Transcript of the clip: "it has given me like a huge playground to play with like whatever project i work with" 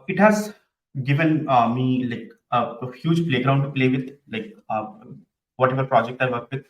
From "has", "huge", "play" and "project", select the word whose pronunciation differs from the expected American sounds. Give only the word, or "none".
none